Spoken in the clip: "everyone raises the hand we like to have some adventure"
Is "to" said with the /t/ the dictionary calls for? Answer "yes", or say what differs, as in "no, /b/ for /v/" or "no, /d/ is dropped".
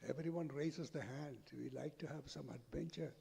yes